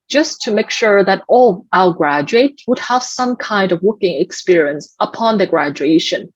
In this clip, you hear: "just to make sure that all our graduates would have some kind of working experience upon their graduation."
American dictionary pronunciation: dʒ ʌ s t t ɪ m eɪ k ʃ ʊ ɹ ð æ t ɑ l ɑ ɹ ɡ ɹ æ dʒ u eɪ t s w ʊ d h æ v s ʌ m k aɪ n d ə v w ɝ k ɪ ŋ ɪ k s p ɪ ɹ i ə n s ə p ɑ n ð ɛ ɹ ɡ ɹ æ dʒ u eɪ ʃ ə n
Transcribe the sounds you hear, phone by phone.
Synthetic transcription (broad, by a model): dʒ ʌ s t t ɪ m eɪ k ʃ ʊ ɹ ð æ t ɑ l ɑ l ɡ ɹ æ dʒ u eɪ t w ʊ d h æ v s ʌ m k aɪ n d ə v w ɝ k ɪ ŋ ɪ k s p ɪ ɹ i ə n s ə p ɑ n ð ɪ ɡ ɹ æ dʒ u eɪ ʃ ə n